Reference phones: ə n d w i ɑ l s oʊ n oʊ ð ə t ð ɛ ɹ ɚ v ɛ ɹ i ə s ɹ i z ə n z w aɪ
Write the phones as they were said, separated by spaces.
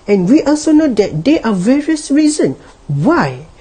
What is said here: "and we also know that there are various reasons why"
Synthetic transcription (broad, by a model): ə n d w i ɑ l s oʊ n oʊ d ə t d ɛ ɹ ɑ v ɛ ɹ i ə s ɹ i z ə n w aɪ